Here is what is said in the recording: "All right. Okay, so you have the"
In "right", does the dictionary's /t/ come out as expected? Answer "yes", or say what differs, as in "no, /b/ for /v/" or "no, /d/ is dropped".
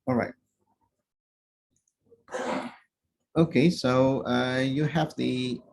yes